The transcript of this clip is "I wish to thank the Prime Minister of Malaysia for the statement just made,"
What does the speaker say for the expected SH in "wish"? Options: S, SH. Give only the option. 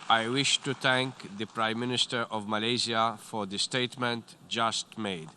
SH